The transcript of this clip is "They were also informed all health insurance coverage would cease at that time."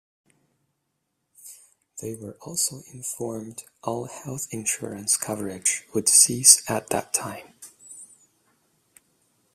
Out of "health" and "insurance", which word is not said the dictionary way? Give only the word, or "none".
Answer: none